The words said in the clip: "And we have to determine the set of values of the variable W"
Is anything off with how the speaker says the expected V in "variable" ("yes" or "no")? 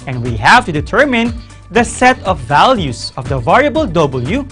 no